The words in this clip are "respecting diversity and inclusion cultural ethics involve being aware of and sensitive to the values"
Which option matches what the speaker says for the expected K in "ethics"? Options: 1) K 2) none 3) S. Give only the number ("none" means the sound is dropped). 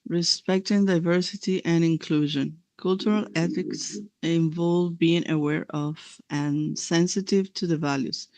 1